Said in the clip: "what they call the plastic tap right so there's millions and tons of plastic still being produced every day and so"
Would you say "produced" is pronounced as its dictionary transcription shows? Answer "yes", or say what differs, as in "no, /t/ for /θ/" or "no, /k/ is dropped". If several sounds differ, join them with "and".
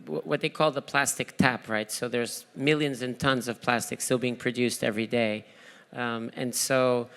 yes